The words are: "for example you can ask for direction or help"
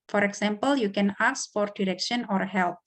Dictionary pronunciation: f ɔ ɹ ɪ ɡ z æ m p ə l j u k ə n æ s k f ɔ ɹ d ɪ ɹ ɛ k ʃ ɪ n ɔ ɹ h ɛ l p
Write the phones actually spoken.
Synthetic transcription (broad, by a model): f ɔ ɹ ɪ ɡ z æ m p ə l j u k ə n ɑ s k f ɔ ɹ d ɪ ɹ ɛ k ʃ ɪ n ɔ ɹ h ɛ l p